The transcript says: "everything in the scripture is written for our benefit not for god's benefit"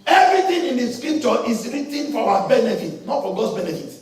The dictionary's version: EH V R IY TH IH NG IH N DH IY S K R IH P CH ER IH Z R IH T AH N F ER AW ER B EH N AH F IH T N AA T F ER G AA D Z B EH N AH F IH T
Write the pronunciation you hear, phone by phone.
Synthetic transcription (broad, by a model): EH V R IY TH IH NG IH N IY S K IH CH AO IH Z R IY T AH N F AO AW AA B EH N AH F IH T N AA T F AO G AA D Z B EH N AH F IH T